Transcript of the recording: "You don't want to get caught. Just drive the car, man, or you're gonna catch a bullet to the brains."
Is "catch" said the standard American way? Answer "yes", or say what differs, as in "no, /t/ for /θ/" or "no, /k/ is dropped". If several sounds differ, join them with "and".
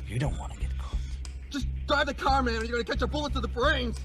yes